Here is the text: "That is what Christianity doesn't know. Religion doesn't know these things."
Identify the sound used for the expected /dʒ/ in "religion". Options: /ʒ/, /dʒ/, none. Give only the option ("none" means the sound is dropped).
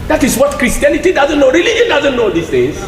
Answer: none